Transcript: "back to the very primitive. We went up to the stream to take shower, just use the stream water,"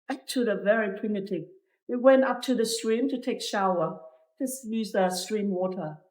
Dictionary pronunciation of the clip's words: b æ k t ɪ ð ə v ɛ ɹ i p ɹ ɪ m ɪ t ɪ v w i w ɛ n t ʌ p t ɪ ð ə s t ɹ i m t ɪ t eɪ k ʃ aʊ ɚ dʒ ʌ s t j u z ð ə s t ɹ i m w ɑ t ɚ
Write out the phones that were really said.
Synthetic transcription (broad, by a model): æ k t ɪ ð ə v ɛ ɹ i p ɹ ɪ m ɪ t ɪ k w i w ɛ n t ʌ p t ɪ ð ə s t ɹ i m t ɪ t eɪ k ʃ aʊ ɚ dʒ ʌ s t j u z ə s t ɹ i m w ɑ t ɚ